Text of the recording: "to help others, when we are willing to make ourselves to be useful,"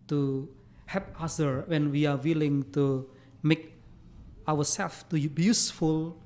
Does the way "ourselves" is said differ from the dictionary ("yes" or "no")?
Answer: yes